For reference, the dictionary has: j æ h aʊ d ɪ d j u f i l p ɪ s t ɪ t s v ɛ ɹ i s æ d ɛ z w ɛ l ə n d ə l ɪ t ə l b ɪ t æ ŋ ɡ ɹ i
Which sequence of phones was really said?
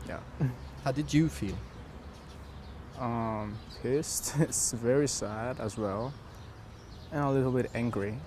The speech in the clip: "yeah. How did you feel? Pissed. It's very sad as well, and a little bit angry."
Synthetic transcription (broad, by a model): j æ h aʊ d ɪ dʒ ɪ f i l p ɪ s t ɪ t s v ɛ ɹ i s æ d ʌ z w ɛ l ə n ə l ɪ t l b ɪ t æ ŋ ɡ ɹ i